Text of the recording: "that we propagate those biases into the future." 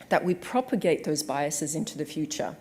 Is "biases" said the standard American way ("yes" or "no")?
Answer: yes